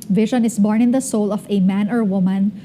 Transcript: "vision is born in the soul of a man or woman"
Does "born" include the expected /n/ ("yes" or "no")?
yes